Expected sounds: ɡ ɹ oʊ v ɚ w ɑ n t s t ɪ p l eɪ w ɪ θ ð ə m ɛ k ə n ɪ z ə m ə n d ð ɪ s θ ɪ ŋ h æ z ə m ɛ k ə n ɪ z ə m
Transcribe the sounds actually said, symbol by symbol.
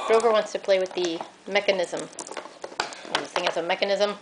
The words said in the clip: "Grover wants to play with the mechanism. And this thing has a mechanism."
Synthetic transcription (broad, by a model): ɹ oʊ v ɚ w ɑ n t s t ɪ p l eɪ w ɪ ð ə m ɛ k ə n ɪ z ə m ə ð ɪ θ ɪ ŋ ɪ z ə m ɛ k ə n ɪ z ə m